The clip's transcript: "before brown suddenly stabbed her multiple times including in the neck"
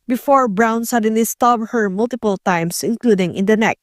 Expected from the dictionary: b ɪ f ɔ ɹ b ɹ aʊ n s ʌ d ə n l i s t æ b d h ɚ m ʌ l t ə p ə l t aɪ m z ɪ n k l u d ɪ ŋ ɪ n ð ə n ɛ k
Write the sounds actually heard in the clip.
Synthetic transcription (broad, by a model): b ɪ f ɔ ɹ b ɹ aʊ n s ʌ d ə n l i s t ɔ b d h ɚ m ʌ l t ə p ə l t aɪ m s ɪ n k l u d ɪ ŋ ɪ n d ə n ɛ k